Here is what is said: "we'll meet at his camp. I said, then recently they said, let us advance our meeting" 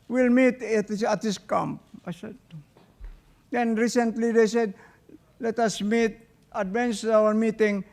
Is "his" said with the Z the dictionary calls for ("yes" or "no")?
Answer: no